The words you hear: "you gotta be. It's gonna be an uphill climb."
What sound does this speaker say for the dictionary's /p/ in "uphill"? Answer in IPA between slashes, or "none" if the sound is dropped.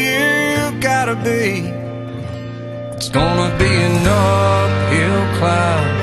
/f/